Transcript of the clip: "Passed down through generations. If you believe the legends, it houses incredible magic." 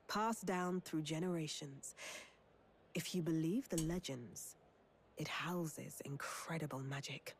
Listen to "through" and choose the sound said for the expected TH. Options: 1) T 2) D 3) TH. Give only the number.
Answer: 3